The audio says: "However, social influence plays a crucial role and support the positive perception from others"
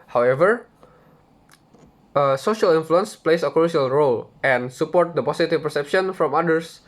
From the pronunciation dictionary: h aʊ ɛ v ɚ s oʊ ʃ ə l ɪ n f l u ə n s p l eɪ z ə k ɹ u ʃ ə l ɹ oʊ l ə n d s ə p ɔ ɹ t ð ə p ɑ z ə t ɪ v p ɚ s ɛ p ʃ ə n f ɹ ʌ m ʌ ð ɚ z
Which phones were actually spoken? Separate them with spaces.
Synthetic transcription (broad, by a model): h aʊ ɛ v ɚ s oʊ ʃ ə l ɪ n f l u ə n s p l eɪ s ə k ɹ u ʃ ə l ɹ oʊ l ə n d s ə p ɔ ɹ t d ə p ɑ s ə t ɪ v p ɚ s ɛ p ʃ ə n f ɹ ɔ m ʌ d ɚ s